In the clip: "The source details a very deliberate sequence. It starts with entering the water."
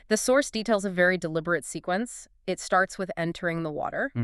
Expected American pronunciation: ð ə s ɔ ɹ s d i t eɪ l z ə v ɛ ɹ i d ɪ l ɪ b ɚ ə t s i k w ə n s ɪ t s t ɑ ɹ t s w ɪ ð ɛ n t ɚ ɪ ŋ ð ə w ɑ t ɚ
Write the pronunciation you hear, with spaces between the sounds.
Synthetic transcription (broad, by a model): ð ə s ɔ ɹ s d i t eɪ l z ə v ɛ ɹ i d ɪ l ɪ b ɚ ə t s i k w ə n s ɪ t s t ɑ ɹ t s w ɪ ð ɛ n t ɚ ɪ ŋ ð ə w ɑ t ɚ